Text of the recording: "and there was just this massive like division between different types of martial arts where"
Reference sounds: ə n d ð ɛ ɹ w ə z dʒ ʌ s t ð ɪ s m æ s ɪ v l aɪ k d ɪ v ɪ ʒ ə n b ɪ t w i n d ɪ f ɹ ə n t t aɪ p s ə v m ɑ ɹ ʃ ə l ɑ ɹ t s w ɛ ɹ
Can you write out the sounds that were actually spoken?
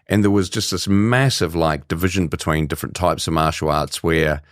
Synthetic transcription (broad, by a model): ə n ð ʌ ɹ w ə z dʒ ʌ s t ð ɪ s m æ s ɪ v l aɪ k d ɪ v ɪ ʒ ə n b ɪ t w i n d ɪ f ɹ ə n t t aɪ p s ə v m ɑ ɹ ʃ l ɑ ɹ t s w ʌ ɹ